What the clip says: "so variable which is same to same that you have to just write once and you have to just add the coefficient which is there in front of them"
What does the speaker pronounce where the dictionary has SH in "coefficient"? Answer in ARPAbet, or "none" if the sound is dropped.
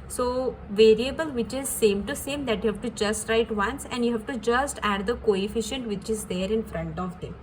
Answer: SH